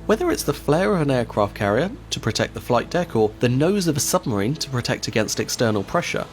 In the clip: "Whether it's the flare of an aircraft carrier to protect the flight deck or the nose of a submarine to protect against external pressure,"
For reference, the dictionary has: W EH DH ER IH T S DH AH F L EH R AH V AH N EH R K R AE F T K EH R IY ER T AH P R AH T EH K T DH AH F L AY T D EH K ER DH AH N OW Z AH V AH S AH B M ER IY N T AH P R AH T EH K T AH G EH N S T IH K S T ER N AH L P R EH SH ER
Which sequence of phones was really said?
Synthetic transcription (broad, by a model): W EH DH ER IH T S DH AH F L EH R AH V AH N EH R K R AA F T K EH R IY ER T AH P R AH T EH K DH AH F L AY T D EH K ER DH AH N OW Z AH V AH S AH B M ER IY N T AH P R AH T EH K T AH G EH N S T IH K S T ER N AH L P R EH SH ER